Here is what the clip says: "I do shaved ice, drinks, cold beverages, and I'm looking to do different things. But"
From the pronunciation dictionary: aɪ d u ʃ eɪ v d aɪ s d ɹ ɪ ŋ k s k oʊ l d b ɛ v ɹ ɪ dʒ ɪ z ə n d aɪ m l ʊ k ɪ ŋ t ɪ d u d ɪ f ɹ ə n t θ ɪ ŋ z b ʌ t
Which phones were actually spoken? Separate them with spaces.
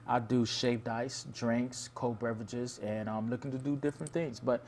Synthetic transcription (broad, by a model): aɪ d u ʃ eɪ p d aɪ s d ɹ ɪ ŋ k s k oʊ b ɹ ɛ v ɪ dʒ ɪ z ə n aɪ m l ʊ k ɪ ŋ t ɪ d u d ɪ f ɹ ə n θ ɪ ŋ z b ʌ t